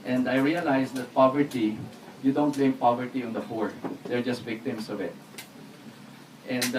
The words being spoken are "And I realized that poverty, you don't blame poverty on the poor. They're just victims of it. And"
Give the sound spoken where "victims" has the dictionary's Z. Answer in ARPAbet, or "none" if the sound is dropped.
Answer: S